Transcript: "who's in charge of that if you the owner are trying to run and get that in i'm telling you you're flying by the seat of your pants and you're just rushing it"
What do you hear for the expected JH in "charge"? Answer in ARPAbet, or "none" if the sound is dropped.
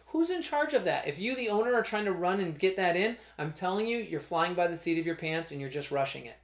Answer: JH